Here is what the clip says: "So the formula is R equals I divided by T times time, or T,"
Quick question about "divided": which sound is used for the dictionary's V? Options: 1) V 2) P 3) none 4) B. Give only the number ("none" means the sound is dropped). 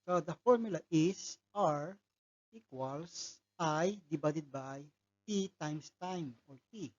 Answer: 4